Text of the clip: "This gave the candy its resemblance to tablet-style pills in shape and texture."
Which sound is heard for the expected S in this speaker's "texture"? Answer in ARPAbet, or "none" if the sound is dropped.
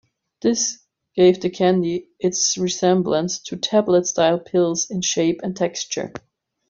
S